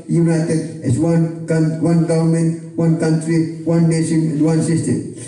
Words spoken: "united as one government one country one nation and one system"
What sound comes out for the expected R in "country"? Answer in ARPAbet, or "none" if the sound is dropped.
R